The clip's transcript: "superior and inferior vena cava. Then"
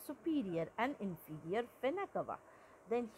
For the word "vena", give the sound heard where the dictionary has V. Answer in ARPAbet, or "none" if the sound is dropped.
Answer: F